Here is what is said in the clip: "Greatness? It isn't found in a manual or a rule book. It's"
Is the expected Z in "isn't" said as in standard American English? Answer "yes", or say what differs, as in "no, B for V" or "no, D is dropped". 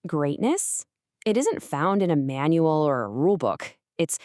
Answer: yes